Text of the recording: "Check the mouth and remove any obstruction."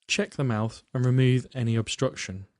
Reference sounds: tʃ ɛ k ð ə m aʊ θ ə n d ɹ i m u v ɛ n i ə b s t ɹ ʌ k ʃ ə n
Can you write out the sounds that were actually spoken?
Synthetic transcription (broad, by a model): tʃ ɛ k ð ə m aʊ θ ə n ɹ i m u v ɛ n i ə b s t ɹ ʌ k ʃ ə n